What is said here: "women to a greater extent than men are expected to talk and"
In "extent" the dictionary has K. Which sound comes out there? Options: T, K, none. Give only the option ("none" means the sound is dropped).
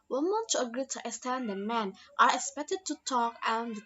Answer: none